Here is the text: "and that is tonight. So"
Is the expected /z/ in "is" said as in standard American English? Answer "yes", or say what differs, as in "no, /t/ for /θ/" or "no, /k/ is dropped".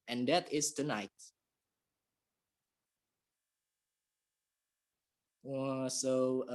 no, /s/ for /z/